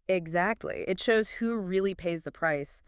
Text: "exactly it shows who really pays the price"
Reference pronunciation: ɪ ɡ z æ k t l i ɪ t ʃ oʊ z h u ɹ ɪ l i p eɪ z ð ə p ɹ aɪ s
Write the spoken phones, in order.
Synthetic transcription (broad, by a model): ɪ ɡ z æ k t l i ɪ t ʃ oʊ z h u ɹ ɪ l i p eɪ z ð ə p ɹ aɪ s